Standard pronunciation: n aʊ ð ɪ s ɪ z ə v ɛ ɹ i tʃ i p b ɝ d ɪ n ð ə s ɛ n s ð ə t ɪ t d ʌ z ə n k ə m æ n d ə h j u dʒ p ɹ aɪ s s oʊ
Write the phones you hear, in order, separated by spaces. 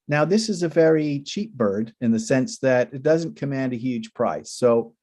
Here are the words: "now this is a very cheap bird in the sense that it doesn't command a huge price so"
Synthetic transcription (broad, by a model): n aʊ ð ɪ s ɪ z ə v ɛ ɹ i tʃ i p b ɝ d ɪ n ð ə s ɛ n s ð ə t ɪ t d ʌ z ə n k ə m æ n d ə h j u dʒ p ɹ aɪ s s oʊ